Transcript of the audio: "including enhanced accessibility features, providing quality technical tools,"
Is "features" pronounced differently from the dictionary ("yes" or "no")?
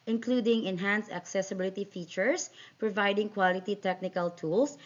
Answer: yes